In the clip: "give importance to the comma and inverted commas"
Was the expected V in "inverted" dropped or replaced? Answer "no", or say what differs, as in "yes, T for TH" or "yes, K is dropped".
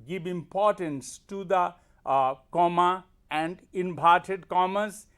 yes, B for V